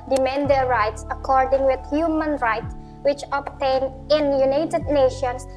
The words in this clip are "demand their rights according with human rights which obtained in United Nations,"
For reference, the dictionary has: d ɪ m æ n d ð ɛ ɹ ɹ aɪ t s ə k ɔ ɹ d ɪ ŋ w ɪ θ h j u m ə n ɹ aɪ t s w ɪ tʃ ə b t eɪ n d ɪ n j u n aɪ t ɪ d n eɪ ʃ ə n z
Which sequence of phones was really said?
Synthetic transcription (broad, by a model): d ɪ m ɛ n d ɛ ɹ ɹ aɪ t s ə k ɔ ɹ d ɪ ŋ w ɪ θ h j u m ə n ɹ aɪ t w ɪ tʃ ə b t eɪ n ɪ n j u n aɪ t ɪ d n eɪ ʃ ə n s